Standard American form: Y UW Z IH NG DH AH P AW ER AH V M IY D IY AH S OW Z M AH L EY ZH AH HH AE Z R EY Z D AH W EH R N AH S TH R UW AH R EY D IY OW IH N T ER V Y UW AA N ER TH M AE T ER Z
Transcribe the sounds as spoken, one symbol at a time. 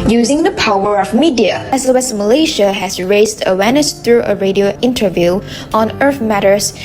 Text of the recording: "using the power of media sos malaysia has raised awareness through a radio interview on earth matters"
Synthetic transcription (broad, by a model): Y UW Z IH NG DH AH P AW ER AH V M IY D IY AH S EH S M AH L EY SH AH HH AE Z R EY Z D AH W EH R N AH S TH R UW AH R EY D IY OW IH N T ER V Y UW AA N ER TH M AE T ER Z